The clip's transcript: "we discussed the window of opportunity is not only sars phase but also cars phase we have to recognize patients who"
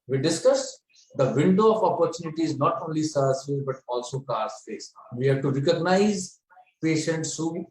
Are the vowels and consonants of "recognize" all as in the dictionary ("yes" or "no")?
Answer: yes